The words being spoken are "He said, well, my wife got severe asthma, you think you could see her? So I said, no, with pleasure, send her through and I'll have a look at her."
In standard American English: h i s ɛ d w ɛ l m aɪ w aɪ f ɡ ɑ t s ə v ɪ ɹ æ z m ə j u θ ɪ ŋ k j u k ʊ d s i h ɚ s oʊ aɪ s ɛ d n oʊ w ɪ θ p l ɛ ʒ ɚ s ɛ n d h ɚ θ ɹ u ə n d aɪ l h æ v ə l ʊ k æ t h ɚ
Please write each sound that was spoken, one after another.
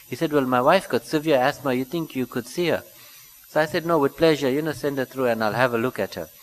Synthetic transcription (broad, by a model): h i s ɛ d w ɛ l m aɪ w aɪ f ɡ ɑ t s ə v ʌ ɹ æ s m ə j u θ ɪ ŋ k j u k ʊ d s i h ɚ s oʊ aɪ s ɛ d n oʊ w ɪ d p l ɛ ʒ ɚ s ɛ n d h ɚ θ ɹ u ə n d aɪ l h æ v ə l ʊ k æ t h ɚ